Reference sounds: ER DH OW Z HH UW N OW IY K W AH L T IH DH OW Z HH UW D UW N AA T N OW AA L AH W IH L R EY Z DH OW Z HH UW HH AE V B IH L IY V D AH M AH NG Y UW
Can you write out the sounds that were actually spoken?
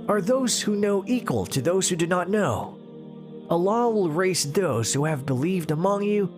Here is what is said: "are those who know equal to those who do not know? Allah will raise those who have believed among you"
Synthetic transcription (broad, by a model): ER DH OW Z HH UW N OW IY K W AH L T IH DH OW Z HH UW D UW N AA T N OW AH L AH W IH L R EY S DH OW Z HH UW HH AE V B IH L IY V D AH M AH NG Y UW